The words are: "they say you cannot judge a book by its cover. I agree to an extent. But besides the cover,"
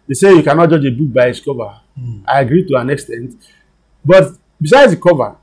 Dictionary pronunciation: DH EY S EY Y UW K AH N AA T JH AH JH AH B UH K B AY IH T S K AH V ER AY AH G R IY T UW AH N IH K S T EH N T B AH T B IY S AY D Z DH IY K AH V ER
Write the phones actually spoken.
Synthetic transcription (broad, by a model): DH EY S EY Y UW K AH N AA T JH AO JH AH B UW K B AY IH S K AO V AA AY AH G R IY T UW AH N IH K S T EH N T B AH T B IY S AY D Z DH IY K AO V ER